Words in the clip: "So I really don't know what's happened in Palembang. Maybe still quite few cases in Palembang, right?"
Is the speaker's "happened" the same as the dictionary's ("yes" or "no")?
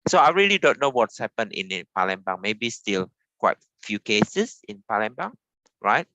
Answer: no